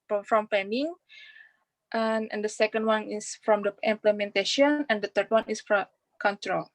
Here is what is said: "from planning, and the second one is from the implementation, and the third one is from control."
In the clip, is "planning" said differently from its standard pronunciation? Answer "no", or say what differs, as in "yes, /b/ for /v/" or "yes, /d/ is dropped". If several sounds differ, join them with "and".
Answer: yes, /l/ is dropped